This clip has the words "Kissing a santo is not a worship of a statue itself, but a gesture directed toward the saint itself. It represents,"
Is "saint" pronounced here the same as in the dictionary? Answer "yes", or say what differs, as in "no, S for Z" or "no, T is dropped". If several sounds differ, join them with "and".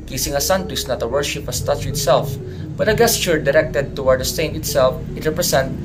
no, T is dropped